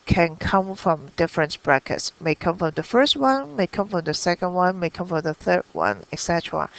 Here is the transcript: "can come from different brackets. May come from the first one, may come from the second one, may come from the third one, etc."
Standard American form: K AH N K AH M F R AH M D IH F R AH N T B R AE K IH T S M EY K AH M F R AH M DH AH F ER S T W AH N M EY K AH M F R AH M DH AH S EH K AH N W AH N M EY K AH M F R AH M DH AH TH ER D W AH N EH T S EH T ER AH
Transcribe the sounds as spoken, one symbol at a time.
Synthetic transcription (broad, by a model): K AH N K AH M F R AH M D IH F R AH N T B R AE K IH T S M EY K AH M F R AH M DH AH F ER S T W AH N M EY K AH M F R AH M DH AH S EH K AH N W AH N M EY K AH M F R AH M DH AH TH ER D W AH N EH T S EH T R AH